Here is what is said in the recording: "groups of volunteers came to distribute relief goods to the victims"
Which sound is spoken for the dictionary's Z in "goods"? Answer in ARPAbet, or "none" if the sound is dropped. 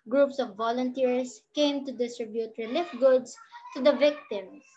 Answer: S